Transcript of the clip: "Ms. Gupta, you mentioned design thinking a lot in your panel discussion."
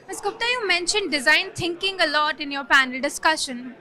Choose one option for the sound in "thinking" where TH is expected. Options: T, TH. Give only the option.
T